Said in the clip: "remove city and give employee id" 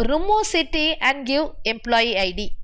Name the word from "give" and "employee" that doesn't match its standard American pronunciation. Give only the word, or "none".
give